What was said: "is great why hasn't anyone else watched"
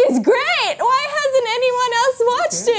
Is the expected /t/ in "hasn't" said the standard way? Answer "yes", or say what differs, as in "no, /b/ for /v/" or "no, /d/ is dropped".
yes